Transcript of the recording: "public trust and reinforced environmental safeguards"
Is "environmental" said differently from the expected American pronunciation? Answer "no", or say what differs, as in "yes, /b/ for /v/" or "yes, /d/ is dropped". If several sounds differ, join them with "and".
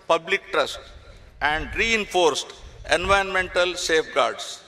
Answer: yes, /ɹ/ is dropped